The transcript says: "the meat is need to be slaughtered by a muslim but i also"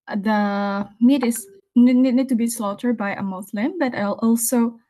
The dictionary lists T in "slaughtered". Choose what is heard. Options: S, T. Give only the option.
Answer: T